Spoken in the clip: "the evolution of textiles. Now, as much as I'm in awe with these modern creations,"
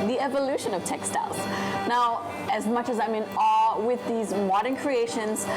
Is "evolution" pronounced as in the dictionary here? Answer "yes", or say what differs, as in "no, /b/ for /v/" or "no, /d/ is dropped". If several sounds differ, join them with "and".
yes